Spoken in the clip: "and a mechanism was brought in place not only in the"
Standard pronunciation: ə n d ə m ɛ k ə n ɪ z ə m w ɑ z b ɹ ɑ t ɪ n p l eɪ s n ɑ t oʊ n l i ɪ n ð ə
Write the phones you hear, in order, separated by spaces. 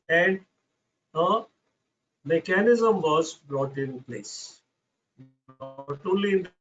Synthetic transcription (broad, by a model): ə n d ə m ɛ k ə n ɪ z ə m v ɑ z b ɹ ɑ t ɪ n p l eɪ s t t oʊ l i ɪ n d